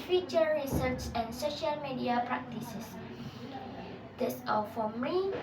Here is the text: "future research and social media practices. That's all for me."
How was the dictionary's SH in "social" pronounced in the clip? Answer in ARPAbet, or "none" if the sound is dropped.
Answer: SH